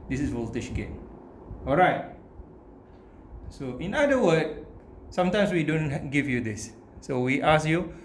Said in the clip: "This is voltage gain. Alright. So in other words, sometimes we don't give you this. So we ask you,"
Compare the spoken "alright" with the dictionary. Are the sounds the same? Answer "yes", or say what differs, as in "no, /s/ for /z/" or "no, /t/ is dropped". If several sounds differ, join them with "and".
yes